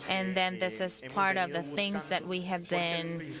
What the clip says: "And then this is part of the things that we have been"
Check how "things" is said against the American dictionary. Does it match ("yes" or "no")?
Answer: yes